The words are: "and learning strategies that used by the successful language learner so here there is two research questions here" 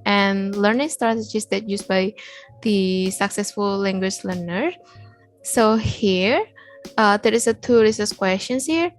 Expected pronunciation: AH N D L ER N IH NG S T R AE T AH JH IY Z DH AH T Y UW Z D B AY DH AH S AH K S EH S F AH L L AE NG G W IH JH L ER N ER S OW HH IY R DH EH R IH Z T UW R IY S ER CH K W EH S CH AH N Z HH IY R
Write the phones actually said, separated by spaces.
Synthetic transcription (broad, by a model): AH N L ER N IH NG S T R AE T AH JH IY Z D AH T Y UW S B AY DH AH S AH K S EH S F AH L L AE NG G W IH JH L ER N ER S OW HH IY R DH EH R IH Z T UW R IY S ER S K W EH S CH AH N S HH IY R